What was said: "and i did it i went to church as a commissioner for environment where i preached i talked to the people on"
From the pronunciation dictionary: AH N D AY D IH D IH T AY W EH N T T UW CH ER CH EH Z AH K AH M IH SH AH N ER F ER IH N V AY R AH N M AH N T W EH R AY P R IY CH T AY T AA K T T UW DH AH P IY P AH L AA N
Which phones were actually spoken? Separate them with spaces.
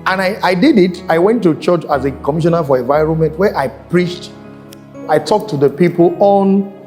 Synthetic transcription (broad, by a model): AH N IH AY D IH D IH T AY W EH N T T UW CH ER CH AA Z AH K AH M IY SH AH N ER F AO IH N V AY R AH N M AH N T W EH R AY P R IY CH T AY T AA K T T UW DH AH P IY P AH L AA N